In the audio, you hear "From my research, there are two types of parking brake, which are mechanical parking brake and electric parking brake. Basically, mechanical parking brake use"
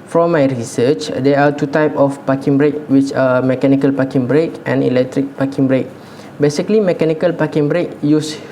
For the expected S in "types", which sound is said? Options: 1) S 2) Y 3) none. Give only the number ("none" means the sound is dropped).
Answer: 3